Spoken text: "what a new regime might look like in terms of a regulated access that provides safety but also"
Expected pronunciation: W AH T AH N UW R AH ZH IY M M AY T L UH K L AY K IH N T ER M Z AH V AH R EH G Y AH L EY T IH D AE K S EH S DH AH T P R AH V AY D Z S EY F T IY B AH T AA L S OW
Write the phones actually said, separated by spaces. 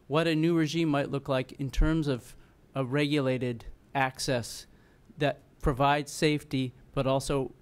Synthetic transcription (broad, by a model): W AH T AH N UW R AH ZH IY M M AY T L UH K L AY K IH N T ER M Z AH V AH R EH G Y AH L EY T IH D AE K S EH S DH AH T P R AH V AY D Z S EY F T IY B AH T AA L S OW